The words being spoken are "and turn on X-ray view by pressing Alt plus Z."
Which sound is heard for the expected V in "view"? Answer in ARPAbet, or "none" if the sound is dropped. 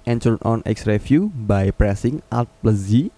F